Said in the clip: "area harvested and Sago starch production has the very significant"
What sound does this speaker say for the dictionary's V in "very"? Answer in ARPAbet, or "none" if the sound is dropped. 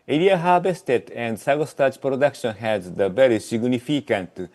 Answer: B